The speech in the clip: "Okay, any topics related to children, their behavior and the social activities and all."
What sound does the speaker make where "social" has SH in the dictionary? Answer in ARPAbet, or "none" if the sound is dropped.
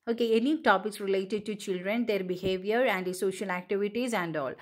SH